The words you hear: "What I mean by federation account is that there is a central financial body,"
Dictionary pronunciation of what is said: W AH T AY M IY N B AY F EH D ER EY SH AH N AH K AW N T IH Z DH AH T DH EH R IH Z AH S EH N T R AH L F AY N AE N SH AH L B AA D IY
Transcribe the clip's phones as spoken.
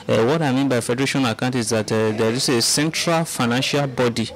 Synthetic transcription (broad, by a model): W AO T AY M IY N B AY F EH D ER EY SH AH N AH K AW N T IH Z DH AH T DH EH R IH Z AH S EH N T R AH L F AY N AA N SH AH L B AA D IY